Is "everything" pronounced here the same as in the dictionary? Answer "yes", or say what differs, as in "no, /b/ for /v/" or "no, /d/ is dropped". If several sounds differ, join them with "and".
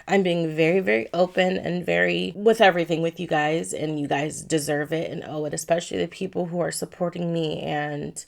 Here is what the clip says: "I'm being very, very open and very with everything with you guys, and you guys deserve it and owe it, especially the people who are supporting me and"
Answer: yes